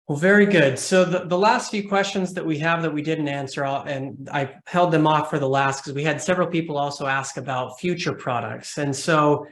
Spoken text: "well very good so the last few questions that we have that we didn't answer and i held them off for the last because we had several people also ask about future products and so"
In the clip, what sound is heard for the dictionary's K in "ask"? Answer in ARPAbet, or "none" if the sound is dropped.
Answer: K